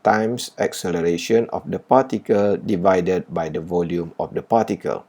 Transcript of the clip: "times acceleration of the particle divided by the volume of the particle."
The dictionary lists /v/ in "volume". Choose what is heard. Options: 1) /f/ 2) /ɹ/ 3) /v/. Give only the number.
3